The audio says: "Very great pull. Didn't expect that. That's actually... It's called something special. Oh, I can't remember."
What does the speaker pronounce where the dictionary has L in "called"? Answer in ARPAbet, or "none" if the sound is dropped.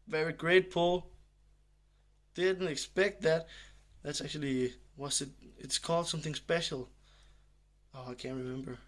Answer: L